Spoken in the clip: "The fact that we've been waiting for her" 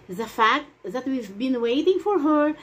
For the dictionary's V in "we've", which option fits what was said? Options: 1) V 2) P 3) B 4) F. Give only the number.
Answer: 1